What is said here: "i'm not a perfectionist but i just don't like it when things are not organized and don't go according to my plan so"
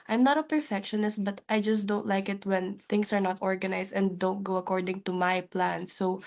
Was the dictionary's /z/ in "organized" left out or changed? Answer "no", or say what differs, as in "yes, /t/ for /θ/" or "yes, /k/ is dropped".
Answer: yes, /s/ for /z/